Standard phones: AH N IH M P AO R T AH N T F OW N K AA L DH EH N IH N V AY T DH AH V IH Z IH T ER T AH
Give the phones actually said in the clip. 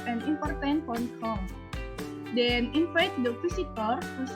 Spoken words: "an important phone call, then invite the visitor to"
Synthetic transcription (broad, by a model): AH N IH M P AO R T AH N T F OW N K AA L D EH N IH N F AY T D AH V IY S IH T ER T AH